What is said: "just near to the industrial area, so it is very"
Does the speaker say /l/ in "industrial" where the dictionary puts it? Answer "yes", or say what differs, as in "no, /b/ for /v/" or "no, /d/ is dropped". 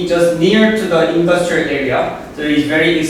yes